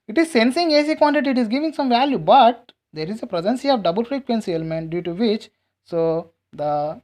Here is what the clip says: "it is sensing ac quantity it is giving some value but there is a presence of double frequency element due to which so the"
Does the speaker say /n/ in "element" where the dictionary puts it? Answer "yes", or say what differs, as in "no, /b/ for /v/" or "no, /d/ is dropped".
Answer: yes